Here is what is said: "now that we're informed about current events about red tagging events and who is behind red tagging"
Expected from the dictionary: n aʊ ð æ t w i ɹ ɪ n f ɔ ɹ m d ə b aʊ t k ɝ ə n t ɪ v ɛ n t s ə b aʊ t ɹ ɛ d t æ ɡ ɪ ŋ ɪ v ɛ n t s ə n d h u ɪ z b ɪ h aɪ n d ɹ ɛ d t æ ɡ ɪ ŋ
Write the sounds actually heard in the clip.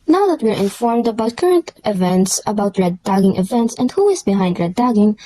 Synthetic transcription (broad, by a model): n aʊ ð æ t w i ɹ ɪ n f ɔ ɹ m d ə b aʊ t k ɝ ə n t ɪ v ɛ n t s ə b aʊ t ɹ ɛ d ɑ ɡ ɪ ŋ ɪ v ɛ n t s ə n d h u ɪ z b ɪ h aɪ n d ɹ ɛ d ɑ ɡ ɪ ŋ